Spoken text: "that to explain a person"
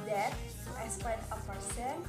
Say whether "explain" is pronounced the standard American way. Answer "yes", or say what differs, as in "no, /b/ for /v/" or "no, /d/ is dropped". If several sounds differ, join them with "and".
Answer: no, /l/ is dropped